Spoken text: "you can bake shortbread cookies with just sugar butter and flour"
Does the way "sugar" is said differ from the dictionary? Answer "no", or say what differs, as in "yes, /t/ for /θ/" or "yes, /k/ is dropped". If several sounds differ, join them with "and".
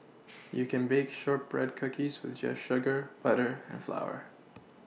no